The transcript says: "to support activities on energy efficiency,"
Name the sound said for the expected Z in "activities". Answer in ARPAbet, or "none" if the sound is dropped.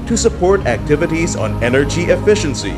Z